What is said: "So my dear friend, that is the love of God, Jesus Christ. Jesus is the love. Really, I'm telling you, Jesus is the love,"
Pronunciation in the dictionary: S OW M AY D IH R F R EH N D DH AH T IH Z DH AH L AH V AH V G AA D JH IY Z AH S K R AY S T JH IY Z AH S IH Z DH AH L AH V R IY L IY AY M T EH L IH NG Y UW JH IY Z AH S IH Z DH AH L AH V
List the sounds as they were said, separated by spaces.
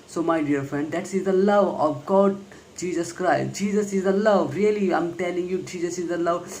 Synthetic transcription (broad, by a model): S OW M AY D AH R F R EH N D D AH T IH Z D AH L AH V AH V G AA D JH IY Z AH S K R AY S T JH IY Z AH S IH Z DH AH L AH V R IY L IY AY M T EH L IH NG Y UW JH IY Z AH S IH Z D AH L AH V